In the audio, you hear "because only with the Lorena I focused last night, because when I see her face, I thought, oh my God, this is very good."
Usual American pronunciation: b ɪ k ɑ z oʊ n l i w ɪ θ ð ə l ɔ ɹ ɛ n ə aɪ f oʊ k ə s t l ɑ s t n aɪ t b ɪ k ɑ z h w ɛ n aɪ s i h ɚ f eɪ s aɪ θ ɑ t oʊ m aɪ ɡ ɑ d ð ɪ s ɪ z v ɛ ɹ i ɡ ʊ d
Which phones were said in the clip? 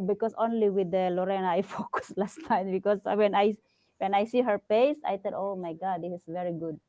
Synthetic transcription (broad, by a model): b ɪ k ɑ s oʊ n l i w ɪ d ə l ɔ ɹ ɛ n ə aɪ f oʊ k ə s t l ɑ s t aɪ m b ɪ k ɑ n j w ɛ n aɪ s i h ɚ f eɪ s aɪ t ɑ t oʊ m aɪ ɡ ɑ d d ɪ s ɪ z v ɛ ɹ i ɡ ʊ d